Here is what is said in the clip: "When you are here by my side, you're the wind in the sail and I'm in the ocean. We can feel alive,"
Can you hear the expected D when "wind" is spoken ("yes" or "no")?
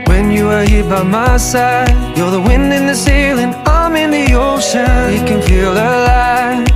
yes